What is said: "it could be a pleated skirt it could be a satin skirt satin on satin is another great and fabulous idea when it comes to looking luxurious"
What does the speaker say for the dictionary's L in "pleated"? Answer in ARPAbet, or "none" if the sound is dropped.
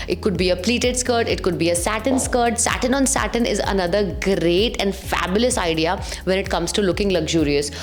L